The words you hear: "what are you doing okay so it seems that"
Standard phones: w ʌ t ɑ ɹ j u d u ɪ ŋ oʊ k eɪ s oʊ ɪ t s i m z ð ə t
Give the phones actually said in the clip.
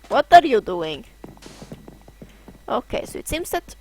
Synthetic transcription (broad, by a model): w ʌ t ɑ ɹ j u d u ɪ ŋ oʊ k eɪ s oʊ ɪ t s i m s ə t